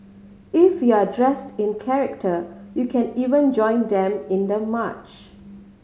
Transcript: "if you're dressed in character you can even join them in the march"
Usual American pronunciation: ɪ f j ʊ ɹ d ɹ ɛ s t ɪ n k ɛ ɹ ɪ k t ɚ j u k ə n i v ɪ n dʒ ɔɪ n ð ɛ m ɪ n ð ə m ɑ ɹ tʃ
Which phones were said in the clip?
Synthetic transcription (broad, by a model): ɪ f j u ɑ d ɹ ɛ s t ɪ n k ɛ ɹ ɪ k t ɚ j u k ə n i v ɪ n dʒ ɔɪ n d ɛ m ɪ n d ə m ɑ tʃ